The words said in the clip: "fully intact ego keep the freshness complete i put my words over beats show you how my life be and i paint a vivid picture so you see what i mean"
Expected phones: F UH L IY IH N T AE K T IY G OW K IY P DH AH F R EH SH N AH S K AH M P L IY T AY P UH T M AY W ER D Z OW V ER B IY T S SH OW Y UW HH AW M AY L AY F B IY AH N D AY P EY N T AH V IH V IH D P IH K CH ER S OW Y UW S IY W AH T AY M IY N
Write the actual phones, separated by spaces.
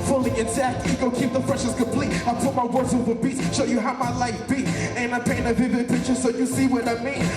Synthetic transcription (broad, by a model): F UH L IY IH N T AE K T IY G OW K IY P DH AH F R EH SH AH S K AH M P L IY T AY P UH T M AY W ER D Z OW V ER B IY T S SH OW Y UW HH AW M AY L AY F B IY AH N AY P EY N AH V IH V IH D P IH K CH ER S OW Y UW S IY W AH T AY M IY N